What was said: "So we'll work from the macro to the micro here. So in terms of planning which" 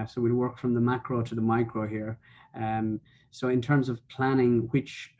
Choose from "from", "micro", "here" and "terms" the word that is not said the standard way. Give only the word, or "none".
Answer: none